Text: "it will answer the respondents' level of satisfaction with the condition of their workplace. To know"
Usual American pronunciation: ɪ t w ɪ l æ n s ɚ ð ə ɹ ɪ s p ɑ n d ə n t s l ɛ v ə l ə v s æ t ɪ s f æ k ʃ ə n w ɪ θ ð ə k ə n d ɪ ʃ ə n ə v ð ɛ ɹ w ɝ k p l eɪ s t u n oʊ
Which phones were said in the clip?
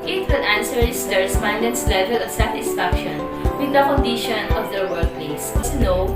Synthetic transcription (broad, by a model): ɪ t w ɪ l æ n s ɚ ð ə ɹ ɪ s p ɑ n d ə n s l ɛ v ə l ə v s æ t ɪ s f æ k ʃ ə n w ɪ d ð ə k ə n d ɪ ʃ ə n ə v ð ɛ ɹ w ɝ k p l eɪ s s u n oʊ